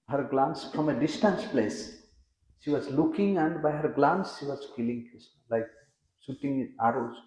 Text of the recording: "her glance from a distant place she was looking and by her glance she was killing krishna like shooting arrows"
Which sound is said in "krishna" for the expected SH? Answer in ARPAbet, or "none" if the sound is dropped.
S